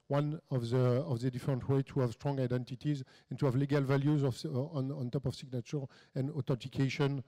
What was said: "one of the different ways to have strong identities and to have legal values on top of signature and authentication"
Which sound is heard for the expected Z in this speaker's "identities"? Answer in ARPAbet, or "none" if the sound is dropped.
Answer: Z